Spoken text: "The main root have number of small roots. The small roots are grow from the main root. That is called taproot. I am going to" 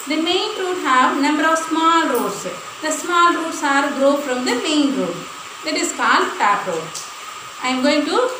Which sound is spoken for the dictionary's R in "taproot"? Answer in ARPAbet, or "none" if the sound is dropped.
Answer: none